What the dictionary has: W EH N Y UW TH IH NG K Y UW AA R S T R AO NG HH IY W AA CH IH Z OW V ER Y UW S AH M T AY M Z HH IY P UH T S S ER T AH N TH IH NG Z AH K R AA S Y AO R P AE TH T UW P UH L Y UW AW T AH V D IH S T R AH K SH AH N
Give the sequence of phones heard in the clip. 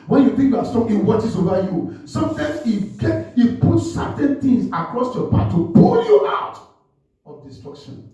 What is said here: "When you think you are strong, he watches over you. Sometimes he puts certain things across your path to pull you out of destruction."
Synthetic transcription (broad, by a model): W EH N Y UW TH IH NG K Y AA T S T AO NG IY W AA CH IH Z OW V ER Y UW S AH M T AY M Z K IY P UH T S S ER T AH N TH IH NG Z AH K R AA S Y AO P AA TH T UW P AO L Y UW AW T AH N D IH S T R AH K SH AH N